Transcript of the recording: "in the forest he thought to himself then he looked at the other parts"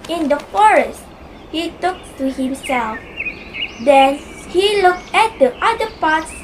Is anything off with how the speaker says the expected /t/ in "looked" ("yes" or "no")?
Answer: no